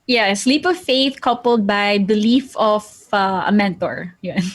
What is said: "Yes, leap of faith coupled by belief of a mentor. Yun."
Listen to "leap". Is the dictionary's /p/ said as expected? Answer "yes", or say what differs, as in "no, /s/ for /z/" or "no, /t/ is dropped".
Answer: yes